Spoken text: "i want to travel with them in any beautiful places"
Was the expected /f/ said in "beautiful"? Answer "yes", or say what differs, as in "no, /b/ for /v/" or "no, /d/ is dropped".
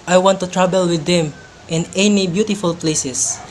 yes